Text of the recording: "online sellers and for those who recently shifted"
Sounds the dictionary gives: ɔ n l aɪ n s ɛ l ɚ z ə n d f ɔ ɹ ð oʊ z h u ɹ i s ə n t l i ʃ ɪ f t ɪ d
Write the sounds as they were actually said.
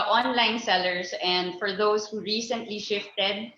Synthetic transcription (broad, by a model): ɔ n l aɪ n s ɛ l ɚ s ə n d f ɔ ɹ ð oʊ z h u ɹ i s ə n t l i ʃ ɪ f t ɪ d